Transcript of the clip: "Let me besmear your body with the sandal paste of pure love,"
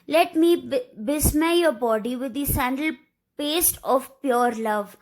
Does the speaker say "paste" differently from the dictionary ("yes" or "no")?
no